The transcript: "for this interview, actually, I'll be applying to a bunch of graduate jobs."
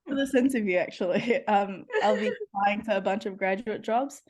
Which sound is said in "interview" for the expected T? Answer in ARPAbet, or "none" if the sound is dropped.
S